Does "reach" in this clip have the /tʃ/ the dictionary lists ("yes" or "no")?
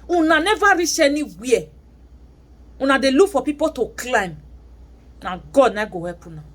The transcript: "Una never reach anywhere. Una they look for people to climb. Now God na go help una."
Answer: no